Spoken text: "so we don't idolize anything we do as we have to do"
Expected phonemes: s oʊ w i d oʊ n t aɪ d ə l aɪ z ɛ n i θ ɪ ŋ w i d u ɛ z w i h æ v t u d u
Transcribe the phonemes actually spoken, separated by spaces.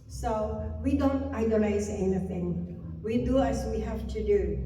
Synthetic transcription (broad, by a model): s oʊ w i d oʊ n t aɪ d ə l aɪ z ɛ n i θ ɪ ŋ w i d u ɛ s w i h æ f t u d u